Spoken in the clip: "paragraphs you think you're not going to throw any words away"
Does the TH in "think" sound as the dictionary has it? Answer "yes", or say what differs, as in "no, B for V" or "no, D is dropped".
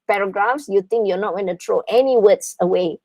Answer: no, T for TH